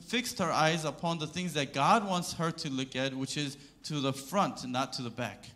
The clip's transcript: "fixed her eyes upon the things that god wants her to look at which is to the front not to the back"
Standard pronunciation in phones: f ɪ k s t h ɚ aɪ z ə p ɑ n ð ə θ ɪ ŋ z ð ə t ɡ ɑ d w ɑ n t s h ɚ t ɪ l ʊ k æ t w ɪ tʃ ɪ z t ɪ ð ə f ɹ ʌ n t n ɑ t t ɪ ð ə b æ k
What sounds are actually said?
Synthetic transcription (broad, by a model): f ɪ k s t h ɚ aɪ z ə p ɑ n ð ə θ ɪ ŋ z ð ə t ɡ ɑ d w ɑ n t s h ɚ t ɪ l ʊ k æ t w ɪ tʃ ɪ z t ɪ ð ə f ɹ ʌ n t n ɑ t t ɪ ð ə b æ k